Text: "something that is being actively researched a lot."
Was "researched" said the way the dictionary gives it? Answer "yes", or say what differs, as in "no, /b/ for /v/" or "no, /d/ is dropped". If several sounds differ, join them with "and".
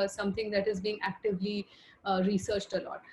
yes